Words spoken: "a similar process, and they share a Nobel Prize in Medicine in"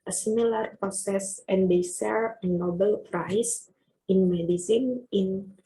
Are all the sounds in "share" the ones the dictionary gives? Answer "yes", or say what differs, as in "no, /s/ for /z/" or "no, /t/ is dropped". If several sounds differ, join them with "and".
no, /s/ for /ʃ/